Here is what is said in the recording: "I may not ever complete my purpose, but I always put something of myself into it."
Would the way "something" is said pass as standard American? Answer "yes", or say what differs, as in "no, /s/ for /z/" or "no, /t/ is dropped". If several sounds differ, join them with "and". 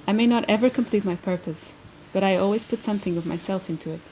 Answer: yes